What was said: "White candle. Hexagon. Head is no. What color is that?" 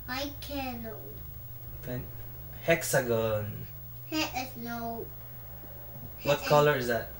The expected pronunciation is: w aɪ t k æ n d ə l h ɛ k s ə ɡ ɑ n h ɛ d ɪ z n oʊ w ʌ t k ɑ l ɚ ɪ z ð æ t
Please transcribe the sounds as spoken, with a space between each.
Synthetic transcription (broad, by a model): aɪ k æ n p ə n h ɛ k s ə ɡ ɑ n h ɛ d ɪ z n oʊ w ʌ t k ɑ l ɚ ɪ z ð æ t